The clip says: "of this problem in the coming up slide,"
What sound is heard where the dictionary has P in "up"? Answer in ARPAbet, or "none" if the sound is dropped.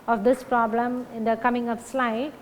F